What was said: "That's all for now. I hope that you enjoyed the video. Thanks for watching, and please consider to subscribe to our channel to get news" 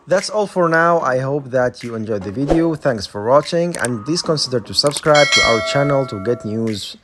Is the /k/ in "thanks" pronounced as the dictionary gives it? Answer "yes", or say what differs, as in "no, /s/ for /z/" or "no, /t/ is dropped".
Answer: yes